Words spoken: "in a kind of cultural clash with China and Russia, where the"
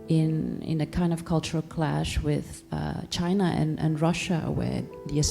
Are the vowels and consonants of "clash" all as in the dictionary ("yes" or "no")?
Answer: yes